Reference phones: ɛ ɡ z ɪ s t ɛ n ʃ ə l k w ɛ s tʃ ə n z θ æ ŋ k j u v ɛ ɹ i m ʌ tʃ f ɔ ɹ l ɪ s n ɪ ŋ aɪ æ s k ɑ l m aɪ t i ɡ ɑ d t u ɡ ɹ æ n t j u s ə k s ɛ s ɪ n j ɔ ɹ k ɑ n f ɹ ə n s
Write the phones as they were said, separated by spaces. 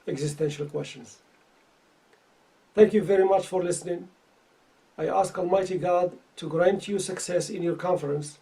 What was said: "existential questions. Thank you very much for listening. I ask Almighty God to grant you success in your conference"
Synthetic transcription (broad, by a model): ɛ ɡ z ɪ s t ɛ n ʃ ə l k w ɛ s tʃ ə n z θ æ ŋ k j u v ɛ ɹ i m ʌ tʃ f ɔ ɹ l ɪ s n ɪ ŋ aɪ æ s k ɑ l m aɪ t i ɡ ɑ d t u ɡ ɹ æ n t j u s ə k s ɛ s ɪ n j ɔ ɹ k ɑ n f ɹ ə n s